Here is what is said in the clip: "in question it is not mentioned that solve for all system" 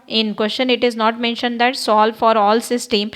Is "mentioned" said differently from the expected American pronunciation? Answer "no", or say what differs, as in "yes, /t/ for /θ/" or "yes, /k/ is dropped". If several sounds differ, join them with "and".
no